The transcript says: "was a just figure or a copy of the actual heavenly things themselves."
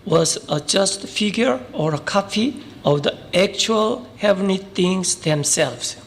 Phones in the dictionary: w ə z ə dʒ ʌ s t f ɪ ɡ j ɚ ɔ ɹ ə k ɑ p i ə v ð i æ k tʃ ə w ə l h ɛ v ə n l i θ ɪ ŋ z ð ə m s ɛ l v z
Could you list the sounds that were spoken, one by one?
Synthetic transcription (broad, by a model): w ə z ə dʒ ʌ s t f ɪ ɡ j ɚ ɔ ɹ ə k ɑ f i ə v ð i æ k tʃ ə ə l h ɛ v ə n i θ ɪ ŋ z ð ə m s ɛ l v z